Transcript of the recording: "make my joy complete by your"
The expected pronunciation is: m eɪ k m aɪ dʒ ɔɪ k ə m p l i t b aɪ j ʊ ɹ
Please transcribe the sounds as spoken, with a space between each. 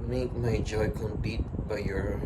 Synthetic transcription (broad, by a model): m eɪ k m aɪ dʒ ɔɪ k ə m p i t b aɪ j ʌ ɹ